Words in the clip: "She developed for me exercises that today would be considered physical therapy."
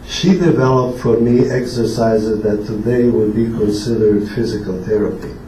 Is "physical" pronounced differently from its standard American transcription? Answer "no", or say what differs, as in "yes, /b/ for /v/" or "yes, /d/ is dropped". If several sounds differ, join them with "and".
no